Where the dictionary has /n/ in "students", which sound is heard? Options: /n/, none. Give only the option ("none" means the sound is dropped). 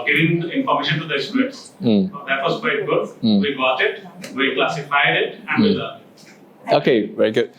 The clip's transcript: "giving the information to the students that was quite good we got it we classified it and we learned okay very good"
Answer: none